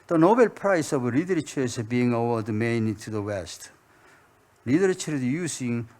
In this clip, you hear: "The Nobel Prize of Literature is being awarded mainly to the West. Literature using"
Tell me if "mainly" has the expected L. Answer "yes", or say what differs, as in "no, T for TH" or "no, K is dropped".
no, L is dropped